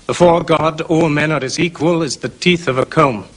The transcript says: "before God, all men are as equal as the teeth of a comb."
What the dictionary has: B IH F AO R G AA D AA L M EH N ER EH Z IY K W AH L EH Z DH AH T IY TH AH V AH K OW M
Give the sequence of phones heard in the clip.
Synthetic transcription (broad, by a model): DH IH F AO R G AA D AA L M EH N ER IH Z IY K W AH L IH Z DH AH T IY TH AH V AH K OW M